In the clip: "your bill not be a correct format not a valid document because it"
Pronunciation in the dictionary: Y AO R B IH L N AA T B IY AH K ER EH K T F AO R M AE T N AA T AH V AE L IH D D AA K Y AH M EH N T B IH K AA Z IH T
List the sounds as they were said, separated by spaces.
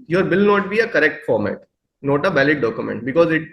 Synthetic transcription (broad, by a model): Y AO R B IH L N AA T B IY AH K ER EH K T F AO R M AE T N AA T AH B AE L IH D D AA K Y AH M EH N T B IH K AA Z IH T